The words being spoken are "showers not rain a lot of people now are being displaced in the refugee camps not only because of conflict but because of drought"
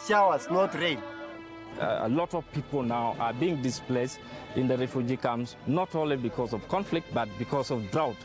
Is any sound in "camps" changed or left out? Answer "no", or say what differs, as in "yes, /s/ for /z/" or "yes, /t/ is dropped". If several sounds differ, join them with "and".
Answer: yes, /p/ is dropped